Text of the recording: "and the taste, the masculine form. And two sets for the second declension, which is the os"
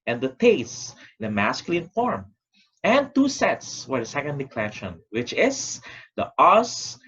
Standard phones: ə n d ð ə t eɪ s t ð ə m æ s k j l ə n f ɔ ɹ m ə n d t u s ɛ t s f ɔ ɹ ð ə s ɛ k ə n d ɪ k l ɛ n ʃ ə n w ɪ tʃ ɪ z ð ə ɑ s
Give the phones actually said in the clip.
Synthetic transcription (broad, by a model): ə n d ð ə t eɪ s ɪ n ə m æ s k j l ə n f ɔ ɹ m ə n t u s ɛ t s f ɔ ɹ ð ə s ɛ k ə n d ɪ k l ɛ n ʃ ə n w ɪ tʃ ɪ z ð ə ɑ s